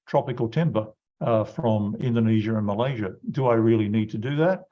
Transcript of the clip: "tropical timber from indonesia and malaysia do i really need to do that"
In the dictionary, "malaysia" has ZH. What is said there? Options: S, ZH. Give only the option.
ZH